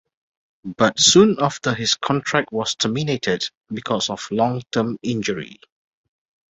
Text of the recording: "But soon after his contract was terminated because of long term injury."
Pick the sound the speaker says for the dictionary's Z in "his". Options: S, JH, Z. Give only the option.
S